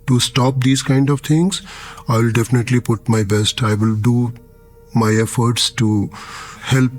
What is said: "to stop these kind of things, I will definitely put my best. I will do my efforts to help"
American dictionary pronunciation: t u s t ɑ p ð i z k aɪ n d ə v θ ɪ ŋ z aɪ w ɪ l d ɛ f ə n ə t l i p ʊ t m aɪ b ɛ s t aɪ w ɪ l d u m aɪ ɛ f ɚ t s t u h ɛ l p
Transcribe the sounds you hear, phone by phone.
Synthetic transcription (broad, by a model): t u s t ɑ p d i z k aɪ n d ə v t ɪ ŋ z aɪ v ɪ l d ɛ f ə n ə t l i p ʊ t m aɪ b ɛ s t aɪ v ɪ l d u m aɪ ɛ f ɚ t s t u h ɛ l p